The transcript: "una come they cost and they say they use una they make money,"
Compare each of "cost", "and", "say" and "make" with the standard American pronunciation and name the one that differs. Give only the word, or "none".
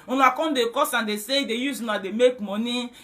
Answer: cost